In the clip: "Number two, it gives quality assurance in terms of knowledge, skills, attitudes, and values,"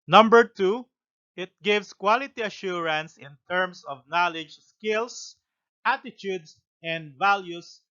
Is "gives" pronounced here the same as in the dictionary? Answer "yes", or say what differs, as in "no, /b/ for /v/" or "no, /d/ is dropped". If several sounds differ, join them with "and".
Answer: no, /s/ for /z/